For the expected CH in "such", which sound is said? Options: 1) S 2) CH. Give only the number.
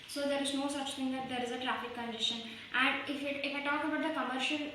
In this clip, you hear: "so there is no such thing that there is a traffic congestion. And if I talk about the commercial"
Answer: 2